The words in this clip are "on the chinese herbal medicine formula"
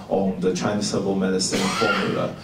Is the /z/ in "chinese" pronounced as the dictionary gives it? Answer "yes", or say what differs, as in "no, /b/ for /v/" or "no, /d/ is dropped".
no, /s/ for /z/